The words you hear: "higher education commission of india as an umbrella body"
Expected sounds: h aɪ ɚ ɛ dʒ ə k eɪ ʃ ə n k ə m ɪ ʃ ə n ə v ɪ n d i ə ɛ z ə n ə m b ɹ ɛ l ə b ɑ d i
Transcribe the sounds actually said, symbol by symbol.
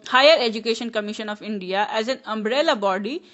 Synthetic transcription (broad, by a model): h aɪ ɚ ɛ dʒ ə k eɪ ʃ ə n k ə m ɪ ʃ ə n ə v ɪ n d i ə ɛ z ə n ə m b ɹ ɛ l ə b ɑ d i